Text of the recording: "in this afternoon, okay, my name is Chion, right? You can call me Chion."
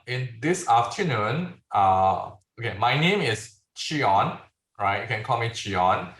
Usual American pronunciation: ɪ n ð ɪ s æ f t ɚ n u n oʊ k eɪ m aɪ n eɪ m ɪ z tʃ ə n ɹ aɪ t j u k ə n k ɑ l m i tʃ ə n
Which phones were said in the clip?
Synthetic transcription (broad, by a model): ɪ n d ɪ s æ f t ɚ n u n oʊ k eɪ m aɪ n eɪ m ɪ s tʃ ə n ɹ aɪ t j k ə n k ɑ l m i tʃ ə n